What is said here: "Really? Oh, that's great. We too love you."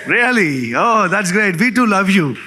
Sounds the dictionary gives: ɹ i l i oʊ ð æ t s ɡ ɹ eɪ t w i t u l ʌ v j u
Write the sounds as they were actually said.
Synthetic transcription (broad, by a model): ɹ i l i oʊ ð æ t s ɡ ɹ eɪ t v i t u l ʌ v j u